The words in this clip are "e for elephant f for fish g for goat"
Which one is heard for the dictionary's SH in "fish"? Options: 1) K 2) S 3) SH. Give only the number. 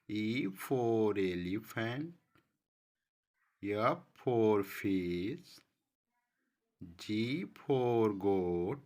2